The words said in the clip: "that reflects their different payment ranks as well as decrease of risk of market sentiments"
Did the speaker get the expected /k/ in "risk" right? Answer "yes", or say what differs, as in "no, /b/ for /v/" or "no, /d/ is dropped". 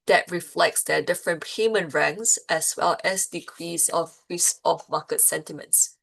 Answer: no, /k/ is dropped